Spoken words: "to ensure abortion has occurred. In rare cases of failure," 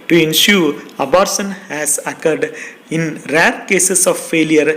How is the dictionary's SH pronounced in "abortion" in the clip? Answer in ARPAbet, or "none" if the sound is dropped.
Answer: S